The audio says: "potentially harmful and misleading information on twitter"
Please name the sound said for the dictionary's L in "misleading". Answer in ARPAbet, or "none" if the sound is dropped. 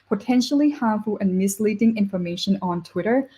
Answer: L